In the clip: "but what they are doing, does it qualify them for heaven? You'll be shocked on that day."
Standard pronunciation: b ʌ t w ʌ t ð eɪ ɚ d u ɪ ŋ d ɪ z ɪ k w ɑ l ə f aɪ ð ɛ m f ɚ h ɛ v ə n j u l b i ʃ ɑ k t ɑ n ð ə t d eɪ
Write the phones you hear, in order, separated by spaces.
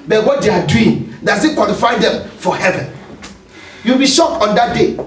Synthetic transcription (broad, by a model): b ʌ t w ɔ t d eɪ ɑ d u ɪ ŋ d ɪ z ɪ k w ɑ l ə f aɪ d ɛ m f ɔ h ɛ v ə n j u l b i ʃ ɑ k ɑ n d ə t d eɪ